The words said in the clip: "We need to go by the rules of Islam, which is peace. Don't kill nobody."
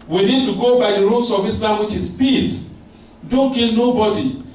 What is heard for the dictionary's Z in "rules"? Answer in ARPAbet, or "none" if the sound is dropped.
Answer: S